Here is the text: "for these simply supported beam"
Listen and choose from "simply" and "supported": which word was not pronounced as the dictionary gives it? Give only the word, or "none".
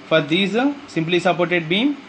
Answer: none